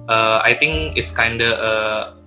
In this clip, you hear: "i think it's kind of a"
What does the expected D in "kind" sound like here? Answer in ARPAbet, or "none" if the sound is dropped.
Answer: D